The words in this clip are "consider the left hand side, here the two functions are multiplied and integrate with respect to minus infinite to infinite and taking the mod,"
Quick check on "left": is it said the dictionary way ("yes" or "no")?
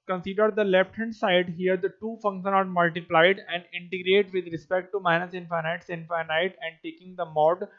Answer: no